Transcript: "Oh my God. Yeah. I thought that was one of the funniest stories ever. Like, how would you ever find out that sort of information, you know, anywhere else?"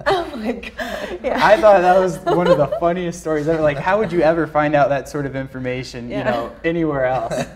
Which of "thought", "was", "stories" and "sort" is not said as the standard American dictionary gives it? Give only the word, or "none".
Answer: none